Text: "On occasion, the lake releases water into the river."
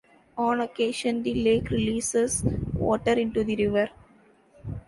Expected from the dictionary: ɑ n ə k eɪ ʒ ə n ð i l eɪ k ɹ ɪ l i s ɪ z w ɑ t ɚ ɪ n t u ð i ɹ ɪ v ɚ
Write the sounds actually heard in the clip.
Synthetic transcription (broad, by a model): ɑ n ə k eɪ ʃ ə n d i l eɪ k ɹ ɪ l i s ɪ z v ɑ t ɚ ɪ n t u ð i ɹ ɪ v ɚ